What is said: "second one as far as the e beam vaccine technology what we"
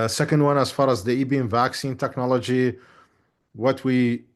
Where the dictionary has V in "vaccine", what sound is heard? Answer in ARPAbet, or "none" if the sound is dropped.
V